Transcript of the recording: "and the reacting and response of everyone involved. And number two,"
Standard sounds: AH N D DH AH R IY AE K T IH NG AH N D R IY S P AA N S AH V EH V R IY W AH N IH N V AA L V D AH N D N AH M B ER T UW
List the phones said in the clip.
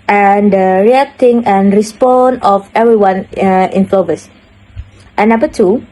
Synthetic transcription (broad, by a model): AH N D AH R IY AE K T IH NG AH N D R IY S P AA N AH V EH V R IY W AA N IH N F L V AH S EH N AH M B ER T UW